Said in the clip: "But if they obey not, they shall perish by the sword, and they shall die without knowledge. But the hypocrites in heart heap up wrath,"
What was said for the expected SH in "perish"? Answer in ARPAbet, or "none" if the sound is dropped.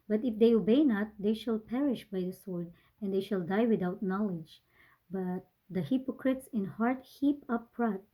SH